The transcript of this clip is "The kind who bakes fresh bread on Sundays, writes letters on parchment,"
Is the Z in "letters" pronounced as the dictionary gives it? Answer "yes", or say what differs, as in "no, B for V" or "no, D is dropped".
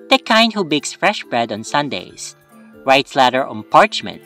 no, Z is dropped